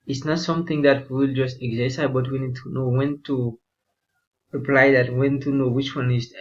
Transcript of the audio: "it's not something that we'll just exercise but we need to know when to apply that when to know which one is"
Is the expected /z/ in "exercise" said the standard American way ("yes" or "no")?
no